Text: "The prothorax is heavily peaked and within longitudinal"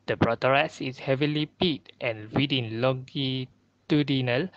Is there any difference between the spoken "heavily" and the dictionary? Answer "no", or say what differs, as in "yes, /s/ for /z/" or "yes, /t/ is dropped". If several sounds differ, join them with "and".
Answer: no